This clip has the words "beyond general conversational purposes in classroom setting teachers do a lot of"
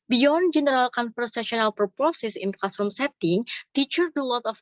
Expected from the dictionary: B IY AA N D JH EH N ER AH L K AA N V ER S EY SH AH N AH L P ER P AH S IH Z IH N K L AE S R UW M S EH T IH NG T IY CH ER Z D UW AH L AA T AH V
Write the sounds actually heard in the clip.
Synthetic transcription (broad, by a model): B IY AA N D JH EH N ER AH L K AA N F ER S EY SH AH N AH L P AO P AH S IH S IH N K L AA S R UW M S EH T IH NG T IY CH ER D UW AH W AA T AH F